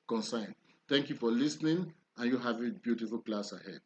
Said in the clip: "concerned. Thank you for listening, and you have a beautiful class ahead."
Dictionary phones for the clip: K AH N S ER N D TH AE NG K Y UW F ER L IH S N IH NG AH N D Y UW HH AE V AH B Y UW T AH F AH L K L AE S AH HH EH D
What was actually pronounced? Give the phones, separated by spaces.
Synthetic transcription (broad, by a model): K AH N S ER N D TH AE NG K Y UW F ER L IH S N IH NG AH N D Y UW HH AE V AH B Y UW T AH F AH L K L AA S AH HH EH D